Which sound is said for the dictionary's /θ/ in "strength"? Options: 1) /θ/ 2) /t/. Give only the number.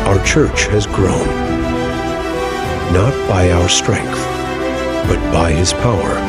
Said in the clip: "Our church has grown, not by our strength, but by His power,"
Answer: 1